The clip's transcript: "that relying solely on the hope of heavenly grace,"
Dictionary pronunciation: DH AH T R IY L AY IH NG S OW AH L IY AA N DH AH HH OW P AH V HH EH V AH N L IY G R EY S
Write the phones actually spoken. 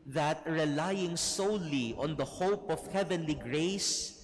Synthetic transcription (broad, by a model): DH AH T R IY L AY IH NG S OW AH L IY AA N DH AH HH OW P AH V HH EH V AH N L IY G R EY S